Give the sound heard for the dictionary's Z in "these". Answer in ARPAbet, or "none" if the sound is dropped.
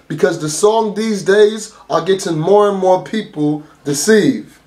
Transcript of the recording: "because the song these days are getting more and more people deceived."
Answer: Z